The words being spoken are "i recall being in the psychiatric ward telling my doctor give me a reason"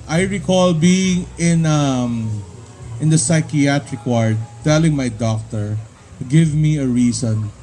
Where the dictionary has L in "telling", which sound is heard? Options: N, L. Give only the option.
L